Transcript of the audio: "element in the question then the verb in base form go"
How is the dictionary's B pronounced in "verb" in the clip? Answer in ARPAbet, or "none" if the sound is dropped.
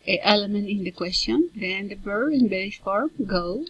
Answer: none